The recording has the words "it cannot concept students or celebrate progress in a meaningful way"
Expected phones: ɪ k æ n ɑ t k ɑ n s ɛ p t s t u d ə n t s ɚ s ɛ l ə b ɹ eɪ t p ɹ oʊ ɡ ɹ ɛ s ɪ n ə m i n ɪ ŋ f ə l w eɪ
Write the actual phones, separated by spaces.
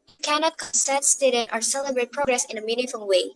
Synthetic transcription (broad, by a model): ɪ k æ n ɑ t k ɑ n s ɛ t s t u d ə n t ɚ s ɛ l ə b ɹ eɪ t p ɹ oʊ ɡ ɹ ɛ s ɪ n ə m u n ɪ f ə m w eɪ